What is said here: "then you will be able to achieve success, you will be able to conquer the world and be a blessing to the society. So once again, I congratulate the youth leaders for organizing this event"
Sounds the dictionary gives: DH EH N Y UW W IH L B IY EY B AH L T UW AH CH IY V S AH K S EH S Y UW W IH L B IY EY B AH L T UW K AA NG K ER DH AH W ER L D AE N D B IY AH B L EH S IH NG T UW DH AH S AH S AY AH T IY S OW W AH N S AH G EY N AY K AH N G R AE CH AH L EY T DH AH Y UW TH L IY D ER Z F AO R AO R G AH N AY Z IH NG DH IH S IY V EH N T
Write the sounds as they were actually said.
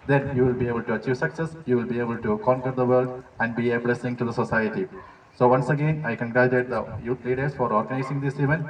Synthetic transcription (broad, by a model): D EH N Y UW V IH L B IY EY B AH L T UW AH CH IY V S AH K S EH S Y UW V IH L B IY EY B AH L T UW K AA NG K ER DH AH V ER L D AE N D B IY AH B L EH S IH NG T UW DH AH S AH S AY AH T IY S OW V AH N S AH G EY N AY K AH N G R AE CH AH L EY T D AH Y UW T L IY D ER S F AO R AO R G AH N AY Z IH NG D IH S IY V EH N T